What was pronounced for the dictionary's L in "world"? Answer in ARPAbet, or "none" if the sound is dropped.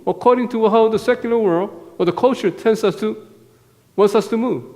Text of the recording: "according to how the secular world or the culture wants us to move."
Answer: L